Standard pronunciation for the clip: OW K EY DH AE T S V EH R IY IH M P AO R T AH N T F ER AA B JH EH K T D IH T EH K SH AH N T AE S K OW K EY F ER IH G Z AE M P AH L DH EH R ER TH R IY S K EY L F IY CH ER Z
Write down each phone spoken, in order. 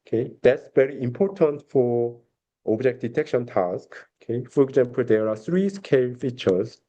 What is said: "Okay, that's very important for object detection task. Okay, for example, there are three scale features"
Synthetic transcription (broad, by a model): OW K EY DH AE T S V EH R IY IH M P AO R T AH N T F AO AA B JH EH K T D IH T EH K SH AH N T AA S K OW K EY F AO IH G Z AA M P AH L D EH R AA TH R IY S K EY L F IY CH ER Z